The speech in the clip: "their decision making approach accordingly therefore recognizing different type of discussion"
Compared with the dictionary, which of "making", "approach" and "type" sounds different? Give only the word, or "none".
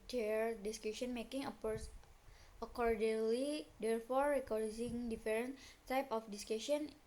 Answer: approach